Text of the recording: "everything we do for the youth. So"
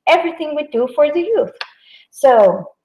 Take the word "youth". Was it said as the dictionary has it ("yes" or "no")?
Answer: yes